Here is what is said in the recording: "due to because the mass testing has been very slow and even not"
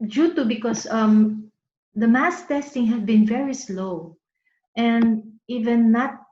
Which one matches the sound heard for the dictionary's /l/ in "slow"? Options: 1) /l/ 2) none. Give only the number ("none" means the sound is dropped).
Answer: 1